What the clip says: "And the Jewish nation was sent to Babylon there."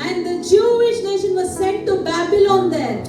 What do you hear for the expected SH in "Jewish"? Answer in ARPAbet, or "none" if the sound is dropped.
SH